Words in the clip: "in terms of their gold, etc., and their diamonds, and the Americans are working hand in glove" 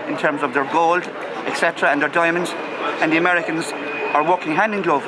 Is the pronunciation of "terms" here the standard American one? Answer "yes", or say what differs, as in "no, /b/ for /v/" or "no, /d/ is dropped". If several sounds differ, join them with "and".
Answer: yes